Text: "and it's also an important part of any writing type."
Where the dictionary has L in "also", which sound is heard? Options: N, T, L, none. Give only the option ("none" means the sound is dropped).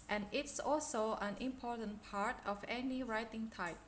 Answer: L